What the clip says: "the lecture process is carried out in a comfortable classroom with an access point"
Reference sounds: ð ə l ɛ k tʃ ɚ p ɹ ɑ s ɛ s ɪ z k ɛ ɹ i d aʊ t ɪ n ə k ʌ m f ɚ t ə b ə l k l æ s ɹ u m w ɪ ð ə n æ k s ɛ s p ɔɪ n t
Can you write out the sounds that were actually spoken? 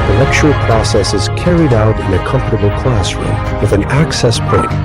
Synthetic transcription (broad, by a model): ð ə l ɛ k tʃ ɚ p ɹ ɑ s ɛ s ɪ z k ɛ ɹ i d aʊ t ɪ n ə k ʌ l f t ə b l k l æ s ɹ u m w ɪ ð ə n æ k s ɛ s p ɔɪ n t